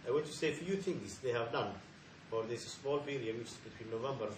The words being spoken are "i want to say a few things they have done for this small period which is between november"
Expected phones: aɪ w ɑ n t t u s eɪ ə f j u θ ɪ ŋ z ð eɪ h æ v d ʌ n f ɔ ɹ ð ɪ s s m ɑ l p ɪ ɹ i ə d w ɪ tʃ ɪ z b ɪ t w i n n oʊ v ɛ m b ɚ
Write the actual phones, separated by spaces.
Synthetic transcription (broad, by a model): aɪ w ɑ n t t u s eɪ ə f j u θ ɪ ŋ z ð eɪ h æ v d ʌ n f ɔ ɹ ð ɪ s s m ɑ l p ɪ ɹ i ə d w ɪ tʃ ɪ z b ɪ t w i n n oʊ v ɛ m b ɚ